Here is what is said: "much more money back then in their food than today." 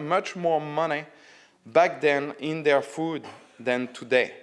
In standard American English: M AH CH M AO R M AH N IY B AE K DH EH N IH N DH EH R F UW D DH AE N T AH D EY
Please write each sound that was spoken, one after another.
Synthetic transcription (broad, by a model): M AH CH M AO R M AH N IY B AE K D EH N IH N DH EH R F UW D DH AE N T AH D EY